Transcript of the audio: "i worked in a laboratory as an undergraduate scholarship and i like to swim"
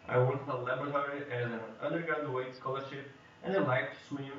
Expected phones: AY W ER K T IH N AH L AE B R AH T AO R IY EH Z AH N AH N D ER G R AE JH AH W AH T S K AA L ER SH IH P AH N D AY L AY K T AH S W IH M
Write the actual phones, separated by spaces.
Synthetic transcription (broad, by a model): AY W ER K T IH L AH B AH R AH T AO R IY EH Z AH N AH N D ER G AA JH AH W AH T S K AA L ER SH IH P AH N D AY L AY K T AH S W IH